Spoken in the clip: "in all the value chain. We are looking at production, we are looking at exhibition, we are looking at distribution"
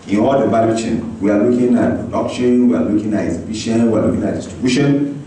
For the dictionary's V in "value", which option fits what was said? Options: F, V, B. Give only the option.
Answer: B